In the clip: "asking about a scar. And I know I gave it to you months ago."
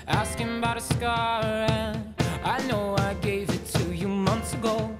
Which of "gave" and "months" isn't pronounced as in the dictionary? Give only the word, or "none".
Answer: none